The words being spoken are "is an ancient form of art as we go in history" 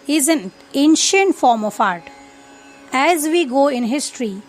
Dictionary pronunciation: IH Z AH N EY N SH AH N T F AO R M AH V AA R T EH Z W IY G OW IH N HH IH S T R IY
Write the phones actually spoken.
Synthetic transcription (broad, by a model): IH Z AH N EY N SH AH N T F AO R M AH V AA R T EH Z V IY G OW IH N HH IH S T R IY